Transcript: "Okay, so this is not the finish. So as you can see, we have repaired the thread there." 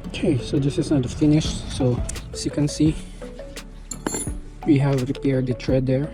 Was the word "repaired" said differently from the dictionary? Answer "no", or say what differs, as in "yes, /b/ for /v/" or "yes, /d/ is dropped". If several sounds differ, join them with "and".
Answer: no